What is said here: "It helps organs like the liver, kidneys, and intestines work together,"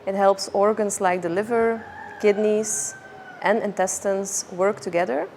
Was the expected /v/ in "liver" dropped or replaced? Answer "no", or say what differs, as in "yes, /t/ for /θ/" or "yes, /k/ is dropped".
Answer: no